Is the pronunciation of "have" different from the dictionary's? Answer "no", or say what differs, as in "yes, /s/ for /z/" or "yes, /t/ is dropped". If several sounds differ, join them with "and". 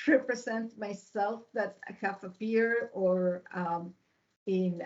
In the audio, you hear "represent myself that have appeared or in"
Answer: yes, /f/ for /v/